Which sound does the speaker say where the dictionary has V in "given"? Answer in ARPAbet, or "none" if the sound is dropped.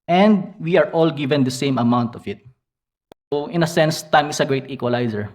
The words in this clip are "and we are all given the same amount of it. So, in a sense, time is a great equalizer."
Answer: V